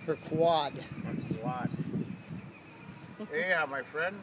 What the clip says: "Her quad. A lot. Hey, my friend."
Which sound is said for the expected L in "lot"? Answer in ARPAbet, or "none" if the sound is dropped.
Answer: W